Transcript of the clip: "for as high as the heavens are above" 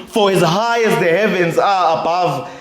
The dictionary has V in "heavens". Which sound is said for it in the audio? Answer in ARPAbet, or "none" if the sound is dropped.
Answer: V